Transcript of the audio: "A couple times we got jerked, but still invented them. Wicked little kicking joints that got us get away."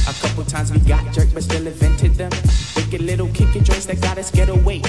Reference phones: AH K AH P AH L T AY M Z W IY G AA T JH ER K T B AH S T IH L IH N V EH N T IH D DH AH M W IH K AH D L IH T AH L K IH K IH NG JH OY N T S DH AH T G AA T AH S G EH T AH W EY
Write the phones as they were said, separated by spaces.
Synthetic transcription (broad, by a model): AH K AH P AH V T AY M Z W IY G AA T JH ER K B AH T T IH L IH V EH N T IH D DH AH M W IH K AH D L IH T L K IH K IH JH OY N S DH AH T G AA T AH S G EH T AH W EY